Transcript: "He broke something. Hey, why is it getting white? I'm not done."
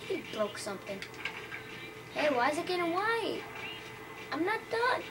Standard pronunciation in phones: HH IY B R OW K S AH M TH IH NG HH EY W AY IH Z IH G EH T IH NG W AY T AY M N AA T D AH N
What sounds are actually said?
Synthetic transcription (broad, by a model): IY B L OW K S AH M TH IH NG HH EY W AY IH Z IH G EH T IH W AY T AY M N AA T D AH